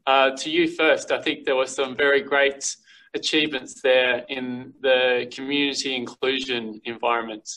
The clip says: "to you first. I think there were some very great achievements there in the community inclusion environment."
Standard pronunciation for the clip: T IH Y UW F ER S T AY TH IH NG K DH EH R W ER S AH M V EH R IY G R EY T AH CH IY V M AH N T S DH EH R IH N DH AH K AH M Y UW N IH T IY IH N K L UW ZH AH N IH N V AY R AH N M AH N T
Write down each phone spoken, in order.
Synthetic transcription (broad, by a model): T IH Y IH F ER S T AY TH IH NG K DH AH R W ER S AH M V EH R IY G R EY T AH CH IY V M AH N T S DH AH R IH N DH AH K AH M Y UW N IH T IY IH N K L UW ZH AH N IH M V AY R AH N M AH N T